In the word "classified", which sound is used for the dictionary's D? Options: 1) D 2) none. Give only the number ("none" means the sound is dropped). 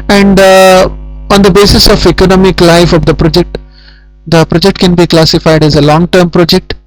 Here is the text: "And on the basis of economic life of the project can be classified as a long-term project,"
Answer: 1